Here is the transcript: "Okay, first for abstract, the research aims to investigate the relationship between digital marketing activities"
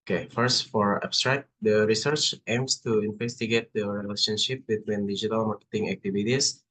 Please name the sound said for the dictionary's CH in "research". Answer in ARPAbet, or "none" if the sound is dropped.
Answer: CH